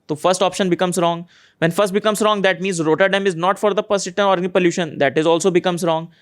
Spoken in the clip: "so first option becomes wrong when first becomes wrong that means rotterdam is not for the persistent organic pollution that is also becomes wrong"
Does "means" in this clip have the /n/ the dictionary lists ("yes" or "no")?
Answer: yes